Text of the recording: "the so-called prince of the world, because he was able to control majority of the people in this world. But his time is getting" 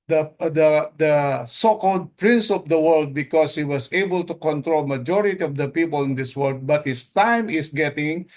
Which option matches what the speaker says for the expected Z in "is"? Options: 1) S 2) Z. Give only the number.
1